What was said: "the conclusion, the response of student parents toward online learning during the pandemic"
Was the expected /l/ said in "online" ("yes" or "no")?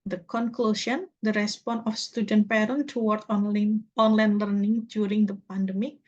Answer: yes